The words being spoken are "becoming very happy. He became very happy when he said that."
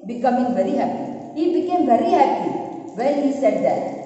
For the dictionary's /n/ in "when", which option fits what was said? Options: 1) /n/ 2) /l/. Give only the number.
2